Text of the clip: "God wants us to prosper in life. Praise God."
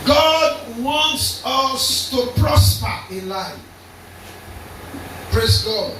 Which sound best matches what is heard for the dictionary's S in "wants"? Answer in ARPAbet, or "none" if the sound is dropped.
S